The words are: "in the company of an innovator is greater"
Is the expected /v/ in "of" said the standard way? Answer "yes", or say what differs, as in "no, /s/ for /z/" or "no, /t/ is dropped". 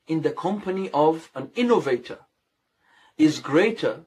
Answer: yes